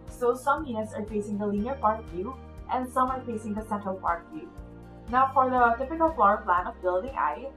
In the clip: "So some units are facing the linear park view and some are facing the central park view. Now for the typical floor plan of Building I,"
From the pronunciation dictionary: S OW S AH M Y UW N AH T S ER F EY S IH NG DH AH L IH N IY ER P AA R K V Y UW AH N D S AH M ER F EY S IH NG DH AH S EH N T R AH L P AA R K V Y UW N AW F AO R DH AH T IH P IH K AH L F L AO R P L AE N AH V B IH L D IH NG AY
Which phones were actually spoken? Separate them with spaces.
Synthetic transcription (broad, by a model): S OW S AH M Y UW AH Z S ER F EY S IH NG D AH L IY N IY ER P AA R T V Y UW AH N D S AH M ER F EY S IH NG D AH S EH N T R AH L P AA R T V Y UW N AW F AO R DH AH T IH P IH K AH L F L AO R P L AE N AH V B IH L D IH NG AY